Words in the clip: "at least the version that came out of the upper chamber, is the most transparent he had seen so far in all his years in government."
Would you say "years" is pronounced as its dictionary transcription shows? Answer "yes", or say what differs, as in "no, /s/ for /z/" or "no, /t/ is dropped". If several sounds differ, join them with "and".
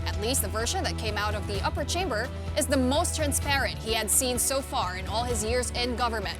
yes